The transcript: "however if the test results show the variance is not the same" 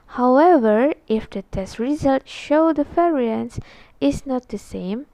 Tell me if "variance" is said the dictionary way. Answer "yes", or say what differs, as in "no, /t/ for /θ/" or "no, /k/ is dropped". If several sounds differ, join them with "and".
no, /f/ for /v/